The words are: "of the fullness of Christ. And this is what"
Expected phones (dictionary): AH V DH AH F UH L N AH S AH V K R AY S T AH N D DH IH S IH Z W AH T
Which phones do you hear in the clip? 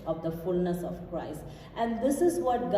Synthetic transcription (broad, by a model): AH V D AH F UH L N AH S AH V K R AY S T AH N D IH S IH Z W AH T